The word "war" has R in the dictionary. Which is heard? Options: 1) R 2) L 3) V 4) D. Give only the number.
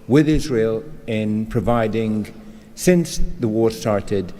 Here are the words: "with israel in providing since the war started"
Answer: 1